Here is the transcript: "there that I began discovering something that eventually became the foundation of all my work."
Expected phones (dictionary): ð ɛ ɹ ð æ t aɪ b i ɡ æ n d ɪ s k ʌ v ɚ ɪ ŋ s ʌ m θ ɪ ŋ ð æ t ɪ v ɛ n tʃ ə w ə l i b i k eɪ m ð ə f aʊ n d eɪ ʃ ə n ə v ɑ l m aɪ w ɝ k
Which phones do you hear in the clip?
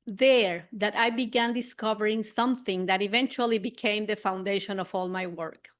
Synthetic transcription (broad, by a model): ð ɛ ɹ ð æ t aɪ b i ɡ æ n d ɪ s k ʌ v ɚ ɪ ŋ s ʌ m θ ɪ ŋ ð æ t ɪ v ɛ n tʃ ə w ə l i b i k eɪ m ð ə f aʊ n d eɪ ʃ ə n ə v ɑ l m aɪ w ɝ k